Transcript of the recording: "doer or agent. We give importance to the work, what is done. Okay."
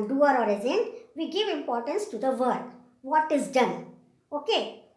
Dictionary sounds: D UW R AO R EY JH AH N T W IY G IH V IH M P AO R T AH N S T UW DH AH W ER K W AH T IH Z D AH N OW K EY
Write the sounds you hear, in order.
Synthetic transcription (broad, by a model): D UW R AO R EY Z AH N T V IY G IH V IH M P AO R T AH N S T UW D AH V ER K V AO T IH Z D AH N OW K EY